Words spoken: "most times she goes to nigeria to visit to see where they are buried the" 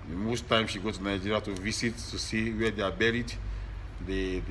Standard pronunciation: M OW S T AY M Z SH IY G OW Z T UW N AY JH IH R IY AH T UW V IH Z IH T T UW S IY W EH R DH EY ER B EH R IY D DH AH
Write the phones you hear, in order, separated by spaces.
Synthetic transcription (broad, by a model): M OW S T AY M SH IY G OW T UW N AY JH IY R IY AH T UW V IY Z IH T T UW S IY W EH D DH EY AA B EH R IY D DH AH